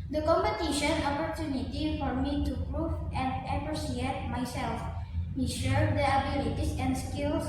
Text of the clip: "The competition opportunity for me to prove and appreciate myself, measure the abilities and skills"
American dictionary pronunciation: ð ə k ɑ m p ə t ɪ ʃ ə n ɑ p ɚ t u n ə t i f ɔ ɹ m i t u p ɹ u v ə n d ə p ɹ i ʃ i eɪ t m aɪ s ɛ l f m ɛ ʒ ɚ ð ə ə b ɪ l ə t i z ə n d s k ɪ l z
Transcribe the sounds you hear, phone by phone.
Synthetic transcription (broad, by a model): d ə k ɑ m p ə t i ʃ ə n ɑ p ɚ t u n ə t i f ɔ ɹ m i t u p ɹ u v ə n d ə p ɹ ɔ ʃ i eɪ t m aɪ s ɛ l f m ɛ ʃ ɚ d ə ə b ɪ l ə t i s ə n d s k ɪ l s